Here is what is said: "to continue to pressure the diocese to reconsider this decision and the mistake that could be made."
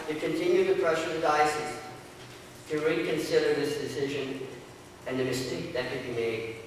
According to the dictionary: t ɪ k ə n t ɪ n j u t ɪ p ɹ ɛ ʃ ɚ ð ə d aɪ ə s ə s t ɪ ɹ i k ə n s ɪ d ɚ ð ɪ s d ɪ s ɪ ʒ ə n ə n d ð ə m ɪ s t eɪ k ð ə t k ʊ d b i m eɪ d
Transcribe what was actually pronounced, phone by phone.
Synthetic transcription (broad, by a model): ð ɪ k ə n t ɪ n j u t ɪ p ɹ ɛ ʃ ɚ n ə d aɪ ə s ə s t ɪ ɹ i k ə n s ɪ d ɚ ð ɪ s d ɪ s ɪ ʒ ə n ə n ð ə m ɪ s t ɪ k ð ə t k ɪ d b i m eɪ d